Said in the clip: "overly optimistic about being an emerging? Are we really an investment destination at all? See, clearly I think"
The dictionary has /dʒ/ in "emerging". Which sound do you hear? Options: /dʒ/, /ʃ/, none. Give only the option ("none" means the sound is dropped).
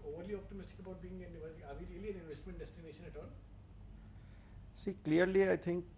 none